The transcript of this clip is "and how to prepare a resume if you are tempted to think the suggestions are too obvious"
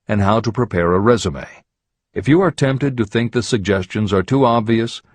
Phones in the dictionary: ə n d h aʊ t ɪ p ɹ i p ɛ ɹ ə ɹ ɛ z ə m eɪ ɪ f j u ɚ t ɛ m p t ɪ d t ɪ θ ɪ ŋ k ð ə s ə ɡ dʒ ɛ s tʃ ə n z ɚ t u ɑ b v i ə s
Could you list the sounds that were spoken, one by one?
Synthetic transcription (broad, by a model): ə n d h aʊ t ɪ p ɹ i p ɛ ɹ ə ɹ ɛ z ə m eɪ ɪ f j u ɚ t ɛ m p t ɪ d t ɪ θ ɪ ŋ k ð ə s ə ɡ dʒ ɛ s tʃ ə n z ɚ t u ɑ b v i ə s